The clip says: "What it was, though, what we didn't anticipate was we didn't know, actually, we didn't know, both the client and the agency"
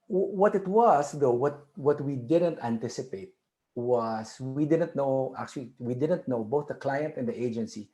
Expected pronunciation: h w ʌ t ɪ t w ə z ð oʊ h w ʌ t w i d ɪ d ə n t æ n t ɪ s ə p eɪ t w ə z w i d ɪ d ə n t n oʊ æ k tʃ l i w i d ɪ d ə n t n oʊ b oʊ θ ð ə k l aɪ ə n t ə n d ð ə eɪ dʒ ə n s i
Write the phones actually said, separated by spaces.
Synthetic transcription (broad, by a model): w w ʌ t ɪ t w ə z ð oʊ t w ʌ t w i d ɪ d ə n t æ n t ɪ s ə p eɪ t w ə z w i d ɪ d ə n t n oʊ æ k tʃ l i w i d ɪ d ə n t n oʊ b oʊ θ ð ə k l aɪ ə n t ə n d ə eɪ dʒ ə n s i